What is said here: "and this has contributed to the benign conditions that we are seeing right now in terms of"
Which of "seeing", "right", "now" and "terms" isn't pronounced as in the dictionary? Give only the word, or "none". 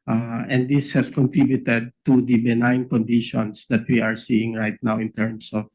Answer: terms